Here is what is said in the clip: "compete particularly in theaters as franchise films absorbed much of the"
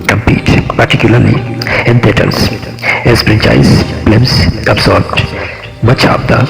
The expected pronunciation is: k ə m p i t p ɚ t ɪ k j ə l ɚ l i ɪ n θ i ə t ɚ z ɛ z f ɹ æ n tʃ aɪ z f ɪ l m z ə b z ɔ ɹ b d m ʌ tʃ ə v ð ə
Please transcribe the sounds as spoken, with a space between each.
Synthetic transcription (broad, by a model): k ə m p i t p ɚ t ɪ k j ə l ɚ l i ɪ n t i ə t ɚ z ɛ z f ɹ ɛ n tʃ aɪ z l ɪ m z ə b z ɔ ɹ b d m ʌ tʃ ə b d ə